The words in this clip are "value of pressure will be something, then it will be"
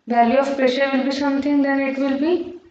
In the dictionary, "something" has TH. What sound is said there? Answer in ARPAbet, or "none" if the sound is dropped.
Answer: T